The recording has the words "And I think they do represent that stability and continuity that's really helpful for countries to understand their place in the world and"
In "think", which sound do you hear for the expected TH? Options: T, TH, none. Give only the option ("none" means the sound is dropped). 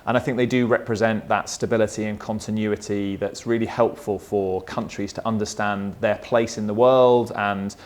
TH